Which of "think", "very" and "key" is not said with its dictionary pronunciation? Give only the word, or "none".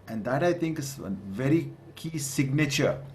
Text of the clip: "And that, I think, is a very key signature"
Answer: think